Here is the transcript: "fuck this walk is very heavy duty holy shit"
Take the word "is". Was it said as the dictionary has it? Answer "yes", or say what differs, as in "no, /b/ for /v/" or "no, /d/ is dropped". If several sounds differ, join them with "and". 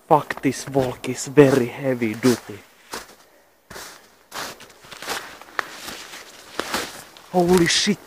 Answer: no, /s/ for /z/